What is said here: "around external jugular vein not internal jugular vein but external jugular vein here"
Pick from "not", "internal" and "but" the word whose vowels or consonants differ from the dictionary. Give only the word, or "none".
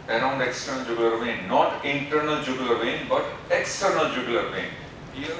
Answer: none